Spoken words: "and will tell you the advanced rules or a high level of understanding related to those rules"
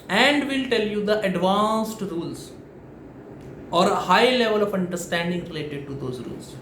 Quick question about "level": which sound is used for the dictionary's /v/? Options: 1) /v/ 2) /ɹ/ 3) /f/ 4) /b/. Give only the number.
1